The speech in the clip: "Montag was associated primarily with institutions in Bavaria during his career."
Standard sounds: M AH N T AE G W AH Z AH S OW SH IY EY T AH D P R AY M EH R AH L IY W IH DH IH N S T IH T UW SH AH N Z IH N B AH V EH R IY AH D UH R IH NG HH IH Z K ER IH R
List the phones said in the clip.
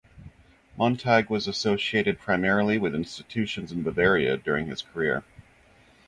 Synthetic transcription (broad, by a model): M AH N T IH G W AH Z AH S OW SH IY EY T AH D P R AY M EH R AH L IY W IH DH IH N S T IH T UW SH AH N Z IH N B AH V EH R IY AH D UH R IH NG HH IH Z K ER IH R